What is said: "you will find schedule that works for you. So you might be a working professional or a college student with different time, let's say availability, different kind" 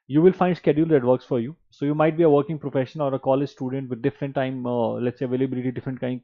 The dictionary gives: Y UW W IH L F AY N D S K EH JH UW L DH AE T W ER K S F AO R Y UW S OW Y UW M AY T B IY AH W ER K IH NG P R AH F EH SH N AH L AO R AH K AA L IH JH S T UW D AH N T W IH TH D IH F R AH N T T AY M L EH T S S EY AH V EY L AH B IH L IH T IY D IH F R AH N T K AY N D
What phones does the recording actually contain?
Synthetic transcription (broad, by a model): Y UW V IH L F AY N D S K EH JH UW L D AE T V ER K S F AO R Y UW S OW Y UW M AY T B IY AH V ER K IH NG P R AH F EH SH AH N AO R AH K AA L IH JH S T UW D AH N T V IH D D IH F R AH N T T AY M L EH T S S EY AH V EY L AH B IH L IH T IY D IH F R AH N T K AY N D